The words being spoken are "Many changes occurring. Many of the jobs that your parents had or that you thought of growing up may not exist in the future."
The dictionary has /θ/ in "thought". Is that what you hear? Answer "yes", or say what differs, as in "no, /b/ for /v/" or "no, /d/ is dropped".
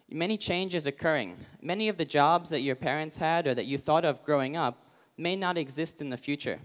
yes